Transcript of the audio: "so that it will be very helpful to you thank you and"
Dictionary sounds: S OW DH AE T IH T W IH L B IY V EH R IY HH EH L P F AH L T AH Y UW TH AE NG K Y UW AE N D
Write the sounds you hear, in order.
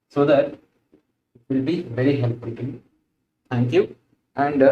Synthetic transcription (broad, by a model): S OW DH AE T IH T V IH L B IY V EH R IY HH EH L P AH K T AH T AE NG K Y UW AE N D